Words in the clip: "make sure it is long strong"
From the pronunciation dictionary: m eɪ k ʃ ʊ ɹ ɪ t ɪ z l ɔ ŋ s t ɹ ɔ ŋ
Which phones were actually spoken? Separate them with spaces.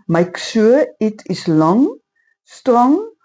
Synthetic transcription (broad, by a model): m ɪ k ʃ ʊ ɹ ɪ t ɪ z l ɔ ŋ s t ɹ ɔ ŋ